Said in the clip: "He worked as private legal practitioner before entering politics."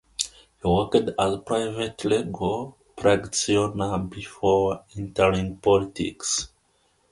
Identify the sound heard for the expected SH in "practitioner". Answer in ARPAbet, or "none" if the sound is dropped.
none